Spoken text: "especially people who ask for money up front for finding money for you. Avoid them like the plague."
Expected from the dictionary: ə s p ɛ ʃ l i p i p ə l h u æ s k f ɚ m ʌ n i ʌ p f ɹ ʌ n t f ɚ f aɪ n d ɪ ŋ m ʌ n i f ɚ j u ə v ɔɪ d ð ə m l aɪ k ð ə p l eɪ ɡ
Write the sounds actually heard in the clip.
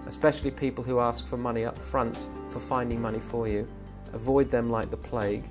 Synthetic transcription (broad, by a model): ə s p ɛ ʃ l i p i p ə l h u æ s k f ɚ m ʌ n i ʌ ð f ɹ ʌ n t f ɚ f aɪ n d ɪ ŋ m ʌ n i f ɚ j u ə v ɔɪ d ð ə m l aɪ k ð ə p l eɪ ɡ